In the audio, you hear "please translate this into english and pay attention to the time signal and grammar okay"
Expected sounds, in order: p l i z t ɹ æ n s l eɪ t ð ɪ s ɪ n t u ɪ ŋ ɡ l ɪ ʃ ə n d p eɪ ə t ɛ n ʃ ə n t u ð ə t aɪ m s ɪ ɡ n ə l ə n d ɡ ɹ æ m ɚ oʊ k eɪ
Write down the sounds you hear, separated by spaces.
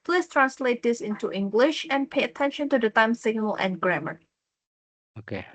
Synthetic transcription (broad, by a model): p l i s t ɹ æ n s l eɪ t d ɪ s ɪ n t u ɪ ŋ ɡ l ɪ ʃ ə n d p eɪ ə t ɛ n ʃ ə n t u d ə t aɪ m s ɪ ɡ n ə l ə n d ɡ ɹ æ m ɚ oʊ k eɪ